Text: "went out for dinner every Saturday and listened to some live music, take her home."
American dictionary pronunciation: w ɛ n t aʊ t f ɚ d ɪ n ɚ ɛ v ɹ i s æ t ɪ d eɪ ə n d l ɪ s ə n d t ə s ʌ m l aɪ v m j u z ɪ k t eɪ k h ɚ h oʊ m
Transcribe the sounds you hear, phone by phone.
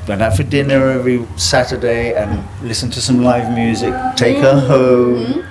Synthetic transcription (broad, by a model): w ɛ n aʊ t f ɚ d ɪ n ɚ ɛ v ɹ i s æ t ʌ d eɪ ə n l ɪ s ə n t ə s ʌ m l aɪ v m j u z ɪ k t eɪ k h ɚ h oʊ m